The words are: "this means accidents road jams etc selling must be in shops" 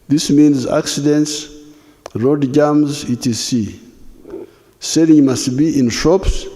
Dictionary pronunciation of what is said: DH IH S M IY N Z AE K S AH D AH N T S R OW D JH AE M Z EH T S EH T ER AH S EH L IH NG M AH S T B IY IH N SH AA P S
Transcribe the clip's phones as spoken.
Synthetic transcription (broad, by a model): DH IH S M IY N Z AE K S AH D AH N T S R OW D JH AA M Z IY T IY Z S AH S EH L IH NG M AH S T B IY IH N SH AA P S